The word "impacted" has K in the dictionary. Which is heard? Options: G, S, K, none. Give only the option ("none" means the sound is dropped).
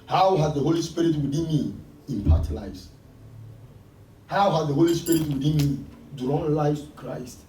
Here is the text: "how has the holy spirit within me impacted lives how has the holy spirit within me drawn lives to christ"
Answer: none